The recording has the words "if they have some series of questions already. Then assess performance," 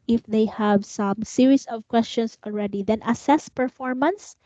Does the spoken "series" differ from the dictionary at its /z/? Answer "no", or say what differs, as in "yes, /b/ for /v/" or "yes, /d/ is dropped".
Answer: yes, /s/ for /z/